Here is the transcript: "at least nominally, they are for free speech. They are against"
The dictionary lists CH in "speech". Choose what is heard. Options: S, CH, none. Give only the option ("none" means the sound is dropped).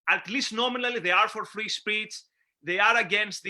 S